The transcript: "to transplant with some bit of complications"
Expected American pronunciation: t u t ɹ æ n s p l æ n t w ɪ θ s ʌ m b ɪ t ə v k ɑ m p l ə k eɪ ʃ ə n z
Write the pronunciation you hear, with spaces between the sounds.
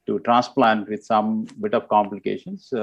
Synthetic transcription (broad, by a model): t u t ɹ æ n s p l æ n t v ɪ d s ʌ m b ɪ t ə v k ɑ m p l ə k eɪ ʃ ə n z